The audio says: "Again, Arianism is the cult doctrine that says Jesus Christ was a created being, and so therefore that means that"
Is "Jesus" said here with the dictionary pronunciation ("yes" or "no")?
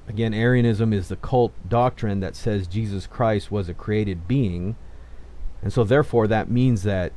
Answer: yes